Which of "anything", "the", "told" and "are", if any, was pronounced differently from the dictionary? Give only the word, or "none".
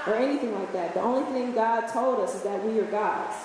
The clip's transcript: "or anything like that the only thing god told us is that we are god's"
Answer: none